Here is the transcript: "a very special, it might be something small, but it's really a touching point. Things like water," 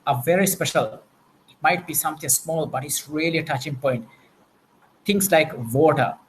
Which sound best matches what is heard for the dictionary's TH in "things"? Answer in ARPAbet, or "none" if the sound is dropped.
T